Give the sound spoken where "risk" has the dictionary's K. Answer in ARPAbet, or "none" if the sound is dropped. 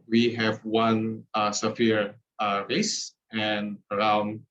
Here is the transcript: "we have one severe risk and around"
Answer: none